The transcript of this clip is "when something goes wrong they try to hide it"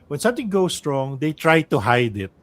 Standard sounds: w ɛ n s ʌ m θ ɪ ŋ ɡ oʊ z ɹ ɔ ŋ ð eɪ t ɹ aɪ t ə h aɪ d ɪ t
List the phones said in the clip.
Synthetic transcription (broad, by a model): w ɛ n s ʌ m t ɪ ŋ ɡ oʊ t ɹ ɔ ŋ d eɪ t ɹ aɪ t ə h aɪ d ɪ t